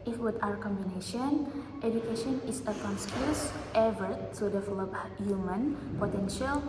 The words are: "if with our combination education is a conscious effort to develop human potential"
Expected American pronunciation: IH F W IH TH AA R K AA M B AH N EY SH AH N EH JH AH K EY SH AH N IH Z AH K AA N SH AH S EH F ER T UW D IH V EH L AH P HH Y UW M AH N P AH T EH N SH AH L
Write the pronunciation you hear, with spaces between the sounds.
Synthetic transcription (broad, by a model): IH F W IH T AA R K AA M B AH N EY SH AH N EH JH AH K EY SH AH N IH S AH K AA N S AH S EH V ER T UW D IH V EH L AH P HH Y UW M AH N P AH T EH N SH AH L